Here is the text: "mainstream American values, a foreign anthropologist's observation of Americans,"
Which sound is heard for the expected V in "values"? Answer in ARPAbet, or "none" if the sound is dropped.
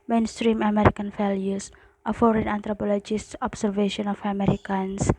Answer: F